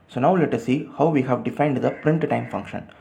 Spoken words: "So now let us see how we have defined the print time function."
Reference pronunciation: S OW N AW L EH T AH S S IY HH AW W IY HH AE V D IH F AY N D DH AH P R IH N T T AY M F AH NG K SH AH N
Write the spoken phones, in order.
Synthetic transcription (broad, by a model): S OW N AW L EH T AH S S IY HH AW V IY HH AE V D IH F AY N D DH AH P R IH N T T AY M F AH NG K SH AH N